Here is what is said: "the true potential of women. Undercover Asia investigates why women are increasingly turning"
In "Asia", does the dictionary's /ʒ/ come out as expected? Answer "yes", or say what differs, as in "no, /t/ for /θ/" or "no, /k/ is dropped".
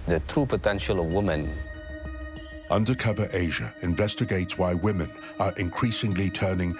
yes